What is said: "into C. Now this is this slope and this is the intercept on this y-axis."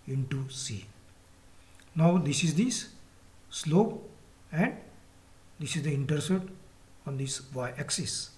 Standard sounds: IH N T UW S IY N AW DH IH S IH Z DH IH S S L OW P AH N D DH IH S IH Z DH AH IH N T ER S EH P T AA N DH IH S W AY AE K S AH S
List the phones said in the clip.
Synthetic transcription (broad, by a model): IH N T UW S IY N AW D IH S IH Z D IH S S L OW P AH N D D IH S IH Z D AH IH N T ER S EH T AA N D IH S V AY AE K S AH S